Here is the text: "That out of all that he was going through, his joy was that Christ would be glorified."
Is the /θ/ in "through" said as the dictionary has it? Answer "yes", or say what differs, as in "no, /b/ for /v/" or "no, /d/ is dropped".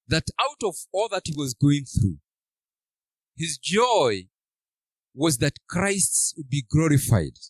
yes